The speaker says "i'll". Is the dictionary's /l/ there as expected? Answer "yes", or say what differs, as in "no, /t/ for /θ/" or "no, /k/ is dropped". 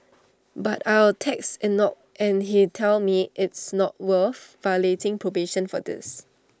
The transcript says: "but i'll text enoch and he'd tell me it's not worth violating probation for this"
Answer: no, /w/ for /l/